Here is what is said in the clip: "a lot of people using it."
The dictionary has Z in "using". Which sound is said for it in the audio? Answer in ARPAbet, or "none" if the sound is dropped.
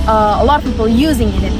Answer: Z